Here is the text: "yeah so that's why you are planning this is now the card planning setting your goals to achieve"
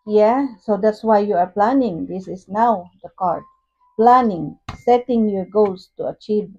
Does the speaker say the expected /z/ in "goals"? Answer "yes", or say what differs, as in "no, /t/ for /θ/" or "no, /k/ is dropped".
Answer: no, /s/ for /z/